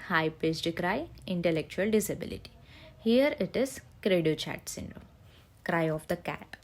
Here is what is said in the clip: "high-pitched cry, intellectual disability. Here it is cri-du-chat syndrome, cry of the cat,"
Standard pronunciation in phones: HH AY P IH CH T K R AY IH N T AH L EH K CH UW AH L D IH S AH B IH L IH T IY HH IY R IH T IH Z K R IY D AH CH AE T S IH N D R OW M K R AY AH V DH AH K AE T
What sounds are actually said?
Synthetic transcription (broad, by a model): HH AY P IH S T K R AY IH N T AH L EH K CH UW AH L D IH S AH B IH L IH T IY HH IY R IH T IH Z K R IY D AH CH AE T S IH N D R OW M K R AY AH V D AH K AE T